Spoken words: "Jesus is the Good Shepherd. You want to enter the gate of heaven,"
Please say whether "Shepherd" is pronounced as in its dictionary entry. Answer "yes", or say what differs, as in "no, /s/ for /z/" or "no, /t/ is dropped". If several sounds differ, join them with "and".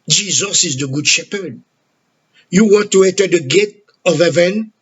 yes